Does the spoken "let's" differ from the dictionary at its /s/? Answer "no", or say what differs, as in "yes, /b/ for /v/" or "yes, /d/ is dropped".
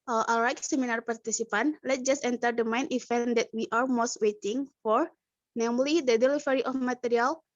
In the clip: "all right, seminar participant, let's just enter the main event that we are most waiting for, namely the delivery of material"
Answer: yes, /s/ is dropped